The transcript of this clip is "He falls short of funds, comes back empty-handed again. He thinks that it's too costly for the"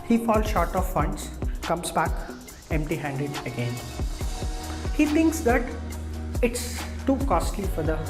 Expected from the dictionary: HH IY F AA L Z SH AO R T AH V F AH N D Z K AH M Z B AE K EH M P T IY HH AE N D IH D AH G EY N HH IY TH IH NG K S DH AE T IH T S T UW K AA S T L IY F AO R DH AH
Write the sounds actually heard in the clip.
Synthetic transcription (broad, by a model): HH IY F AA L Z SH AO R T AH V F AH N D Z K AH M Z B AE K EH M P T IY HH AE N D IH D AH G EY N HH IY T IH NG K S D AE T IH T S T UW K AA S T L IY F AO R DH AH